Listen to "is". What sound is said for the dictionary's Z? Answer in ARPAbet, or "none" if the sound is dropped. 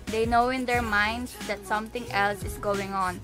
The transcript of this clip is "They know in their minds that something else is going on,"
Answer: S